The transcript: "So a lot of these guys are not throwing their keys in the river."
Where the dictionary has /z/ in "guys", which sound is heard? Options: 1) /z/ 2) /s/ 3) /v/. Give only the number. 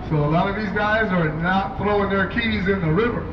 1